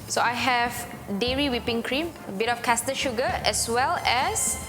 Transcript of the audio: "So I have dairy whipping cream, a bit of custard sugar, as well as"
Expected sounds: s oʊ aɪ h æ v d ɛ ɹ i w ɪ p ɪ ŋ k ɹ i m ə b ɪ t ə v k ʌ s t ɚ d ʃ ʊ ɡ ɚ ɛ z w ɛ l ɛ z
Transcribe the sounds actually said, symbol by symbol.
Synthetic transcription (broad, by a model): s oʊ aɪ h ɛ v d ɛ ɹ i w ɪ p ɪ ŋ k ɹ i m ə b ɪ t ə f k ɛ s t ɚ ʃ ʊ ɡ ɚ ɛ s w ɛ l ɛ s